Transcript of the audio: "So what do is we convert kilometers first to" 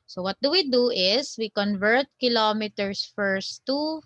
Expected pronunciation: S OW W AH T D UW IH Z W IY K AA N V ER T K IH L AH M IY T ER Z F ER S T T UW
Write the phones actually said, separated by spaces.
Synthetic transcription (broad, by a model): S OW W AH T D UW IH S W IY K AA N V ER T K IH L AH M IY T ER S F ER S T T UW